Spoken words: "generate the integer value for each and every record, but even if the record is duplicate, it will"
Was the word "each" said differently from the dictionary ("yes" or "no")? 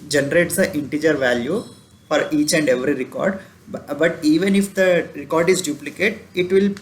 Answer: no